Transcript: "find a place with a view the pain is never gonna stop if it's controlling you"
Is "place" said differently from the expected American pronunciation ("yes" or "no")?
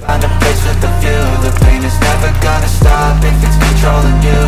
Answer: yes